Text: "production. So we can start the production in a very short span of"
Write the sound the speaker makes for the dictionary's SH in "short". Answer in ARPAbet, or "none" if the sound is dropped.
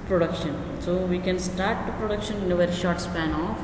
SH